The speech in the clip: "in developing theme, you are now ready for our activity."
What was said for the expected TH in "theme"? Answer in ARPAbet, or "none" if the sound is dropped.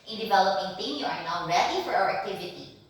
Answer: T